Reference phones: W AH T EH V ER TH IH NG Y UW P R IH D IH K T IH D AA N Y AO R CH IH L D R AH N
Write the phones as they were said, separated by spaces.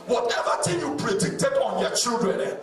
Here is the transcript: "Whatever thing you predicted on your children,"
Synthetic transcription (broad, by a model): W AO T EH V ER T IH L Y UW P R IH D IH K T IH D AA N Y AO CH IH L D R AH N